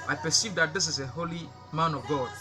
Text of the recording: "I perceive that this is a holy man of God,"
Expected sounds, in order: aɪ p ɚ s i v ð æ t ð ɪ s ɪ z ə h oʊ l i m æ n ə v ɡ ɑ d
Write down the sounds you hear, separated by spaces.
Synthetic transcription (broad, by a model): aɪ p ɚ s i v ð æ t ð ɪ s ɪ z ə h oʊ l i m æ n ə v ɡ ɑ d